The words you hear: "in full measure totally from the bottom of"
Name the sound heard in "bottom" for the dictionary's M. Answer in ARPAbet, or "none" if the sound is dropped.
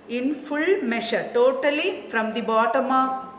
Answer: M